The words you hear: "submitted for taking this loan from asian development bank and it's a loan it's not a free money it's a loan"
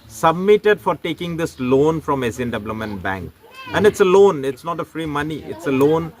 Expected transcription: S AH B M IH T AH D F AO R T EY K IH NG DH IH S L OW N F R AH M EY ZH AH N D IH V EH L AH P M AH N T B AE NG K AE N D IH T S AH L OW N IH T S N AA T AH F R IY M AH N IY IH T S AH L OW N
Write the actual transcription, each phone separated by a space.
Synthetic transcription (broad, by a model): S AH B M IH T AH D F AO R T EY K IH NG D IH S L OW N F R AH M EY S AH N D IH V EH L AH M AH N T B AE NG K AE N D IH T S AH L OW N IH T S N AA T AH F R IY M AH N IY IH T S AH L OW N